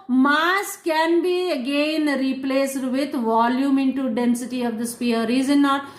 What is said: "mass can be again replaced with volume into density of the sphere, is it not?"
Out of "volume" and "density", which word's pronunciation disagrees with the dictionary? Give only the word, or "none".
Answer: none